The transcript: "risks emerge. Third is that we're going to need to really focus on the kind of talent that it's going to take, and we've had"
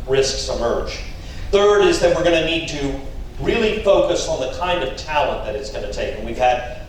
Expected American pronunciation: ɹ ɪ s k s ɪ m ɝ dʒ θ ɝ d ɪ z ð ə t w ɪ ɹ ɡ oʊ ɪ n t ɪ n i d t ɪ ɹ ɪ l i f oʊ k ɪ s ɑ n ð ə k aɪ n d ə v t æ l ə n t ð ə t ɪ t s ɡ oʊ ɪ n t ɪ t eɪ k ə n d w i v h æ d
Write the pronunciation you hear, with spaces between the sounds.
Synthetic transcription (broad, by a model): ɹ ɪ s k s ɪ m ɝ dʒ θ ɝ d ɪ z ð ə t w ɪ ɹ ɡ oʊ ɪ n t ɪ n i d t ɪ ɹ ɪ l i f oʊ k ɪ s n ð ə k aɪ n d ə v t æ l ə n ð ə t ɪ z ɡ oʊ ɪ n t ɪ t eɪ k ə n w i v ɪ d